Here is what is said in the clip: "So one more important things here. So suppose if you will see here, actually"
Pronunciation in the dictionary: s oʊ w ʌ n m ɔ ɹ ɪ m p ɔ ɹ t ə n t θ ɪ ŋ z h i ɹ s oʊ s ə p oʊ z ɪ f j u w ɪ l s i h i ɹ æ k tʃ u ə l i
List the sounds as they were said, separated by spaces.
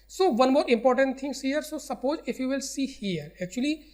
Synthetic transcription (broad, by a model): s oʊ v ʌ n m ɔ ɹ ɪ m p ɔ ɹ t ə n t t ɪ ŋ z h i ɹ s oʊ s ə p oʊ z ɪ f j u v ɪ l s i h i ɹ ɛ k tʃ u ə l i